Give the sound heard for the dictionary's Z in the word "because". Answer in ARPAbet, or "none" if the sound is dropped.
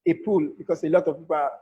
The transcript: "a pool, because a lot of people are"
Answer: S